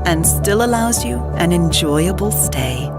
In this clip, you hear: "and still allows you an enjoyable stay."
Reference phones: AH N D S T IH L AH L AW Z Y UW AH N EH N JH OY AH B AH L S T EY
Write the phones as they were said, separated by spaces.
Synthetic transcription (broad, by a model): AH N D S T IH L AH L AW Z Y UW AH N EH N JH OY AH B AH L S T EY